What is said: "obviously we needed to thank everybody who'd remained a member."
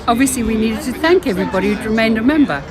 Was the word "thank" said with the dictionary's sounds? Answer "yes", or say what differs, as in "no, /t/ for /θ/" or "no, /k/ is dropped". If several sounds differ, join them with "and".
yes